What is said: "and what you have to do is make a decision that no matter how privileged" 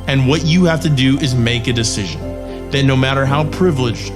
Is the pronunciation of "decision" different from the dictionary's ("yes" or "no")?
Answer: no